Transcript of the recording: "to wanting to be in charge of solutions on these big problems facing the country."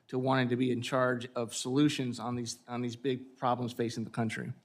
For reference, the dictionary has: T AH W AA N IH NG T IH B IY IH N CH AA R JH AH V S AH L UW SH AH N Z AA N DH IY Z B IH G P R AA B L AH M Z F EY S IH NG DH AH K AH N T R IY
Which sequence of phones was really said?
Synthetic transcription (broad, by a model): T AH W AA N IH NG T IH B IY IH N CH AA R JH AH V S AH L UW SH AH N Z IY N DH IY Z B IH G P R AA B L AH M Z F EY S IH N DH AH K AH N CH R IY